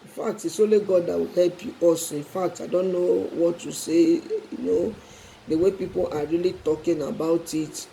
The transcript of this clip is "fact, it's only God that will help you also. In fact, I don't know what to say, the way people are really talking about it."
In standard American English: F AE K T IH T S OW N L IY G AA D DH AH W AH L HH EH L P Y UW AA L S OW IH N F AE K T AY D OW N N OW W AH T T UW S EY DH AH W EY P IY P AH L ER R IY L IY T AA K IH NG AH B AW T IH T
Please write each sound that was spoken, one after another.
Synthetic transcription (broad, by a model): F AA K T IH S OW L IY G AA D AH W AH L HH EH L P Y UW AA S IH N F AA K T AY D OW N N OW W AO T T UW S EY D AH W EY P IY P AH L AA R IY L IY T AA K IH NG AH B AW T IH T